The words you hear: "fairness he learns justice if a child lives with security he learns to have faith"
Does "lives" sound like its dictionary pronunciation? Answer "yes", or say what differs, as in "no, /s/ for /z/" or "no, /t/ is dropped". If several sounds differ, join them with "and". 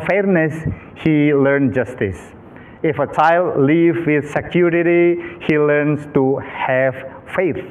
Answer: no, /z/ is dropped